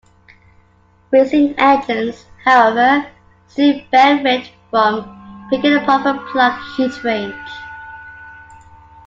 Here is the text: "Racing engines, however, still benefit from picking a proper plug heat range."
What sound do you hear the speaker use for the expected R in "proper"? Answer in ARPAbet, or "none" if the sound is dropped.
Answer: none